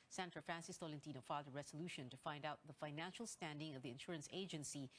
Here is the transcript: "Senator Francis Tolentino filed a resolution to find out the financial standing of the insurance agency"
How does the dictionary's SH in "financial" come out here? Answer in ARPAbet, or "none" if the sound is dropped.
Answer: SH